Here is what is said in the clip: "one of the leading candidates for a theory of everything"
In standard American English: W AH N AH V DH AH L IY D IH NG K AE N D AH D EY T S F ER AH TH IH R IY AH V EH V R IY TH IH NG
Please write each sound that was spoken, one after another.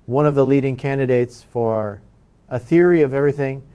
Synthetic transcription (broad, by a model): W AH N AH V DH AH L IY D IH NG K AE N D AH D EY T S F ER AH TH IH R IY AH V EH V R IY TH IH NG